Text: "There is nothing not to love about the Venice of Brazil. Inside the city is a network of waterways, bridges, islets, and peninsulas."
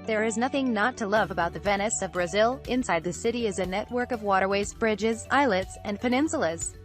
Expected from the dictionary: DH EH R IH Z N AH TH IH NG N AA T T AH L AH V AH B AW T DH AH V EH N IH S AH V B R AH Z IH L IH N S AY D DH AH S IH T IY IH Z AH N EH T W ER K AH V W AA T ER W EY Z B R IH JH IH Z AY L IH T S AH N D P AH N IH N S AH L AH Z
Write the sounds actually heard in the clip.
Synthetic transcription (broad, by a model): DH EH R IH Z N AH TH IH NG N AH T T AH L AH V AH B AW T DH AH V EH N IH S AH V B R AH Z IH L IH N S AY D DH AH S IH T IY IH Z AH N EH T W ER K AH V W AA T ER W EY Z B R IH JH IH Z AY L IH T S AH N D P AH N IH N S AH L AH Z